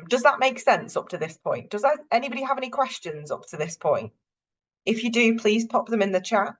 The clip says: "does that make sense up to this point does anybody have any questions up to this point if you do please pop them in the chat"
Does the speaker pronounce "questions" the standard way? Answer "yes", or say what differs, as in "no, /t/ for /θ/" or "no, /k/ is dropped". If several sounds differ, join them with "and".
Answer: yes